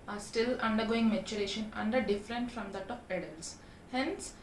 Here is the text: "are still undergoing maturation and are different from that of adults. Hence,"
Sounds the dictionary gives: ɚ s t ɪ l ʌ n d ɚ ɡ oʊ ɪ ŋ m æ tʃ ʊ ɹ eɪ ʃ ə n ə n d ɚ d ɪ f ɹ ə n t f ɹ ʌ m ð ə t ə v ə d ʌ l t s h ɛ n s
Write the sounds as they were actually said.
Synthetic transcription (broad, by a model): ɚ s t ɪ l ʌ n d ɚ ɡ oʊ ɪ ŋ m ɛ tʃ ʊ ɹ eɪ ʃ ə n ə n d ɚ d ɪ f ɹ ə n t f ɹ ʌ m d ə t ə p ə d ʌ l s h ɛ n s